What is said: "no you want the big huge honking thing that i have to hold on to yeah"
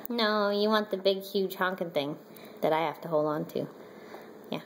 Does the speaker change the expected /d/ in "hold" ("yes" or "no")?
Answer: no